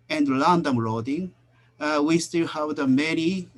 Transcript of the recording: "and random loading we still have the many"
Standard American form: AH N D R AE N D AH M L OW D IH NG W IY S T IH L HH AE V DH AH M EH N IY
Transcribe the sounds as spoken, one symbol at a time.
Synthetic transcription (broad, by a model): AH N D L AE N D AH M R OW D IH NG W IY S T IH L HH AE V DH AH M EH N IY